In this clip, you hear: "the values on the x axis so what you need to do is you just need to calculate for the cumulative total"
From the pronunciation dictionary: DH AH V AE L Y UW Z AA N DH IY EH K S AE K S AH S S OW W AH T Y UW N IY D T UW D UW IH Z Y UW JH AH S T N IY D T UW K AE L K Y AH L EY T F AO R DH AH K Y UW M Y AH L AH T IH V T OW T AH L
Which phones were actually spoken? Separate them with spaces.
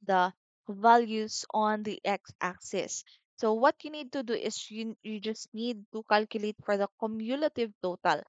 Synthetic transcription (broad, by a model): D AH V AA L Y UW S AA N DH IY EH K S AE K S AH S S OW W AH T Y UW N IY D T UW D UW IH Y Y UW JH AH S T N IY D T UW K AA L K Y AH L EY T F AO R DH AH K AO M Y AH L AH T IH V T OW T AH L